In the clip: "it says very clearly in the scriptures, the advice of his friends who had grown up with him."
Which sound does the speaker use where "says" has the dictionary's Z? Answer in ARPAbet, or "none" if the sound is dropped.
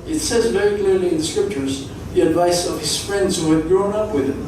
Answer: Z